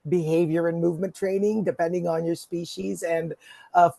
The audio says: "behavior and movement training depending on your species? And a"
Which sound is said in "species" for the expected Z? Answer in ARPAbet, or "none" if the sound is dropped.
Z